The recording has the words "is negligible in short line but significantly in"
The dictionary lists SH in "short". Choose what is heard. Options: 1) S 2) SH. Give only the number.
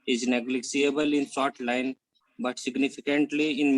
1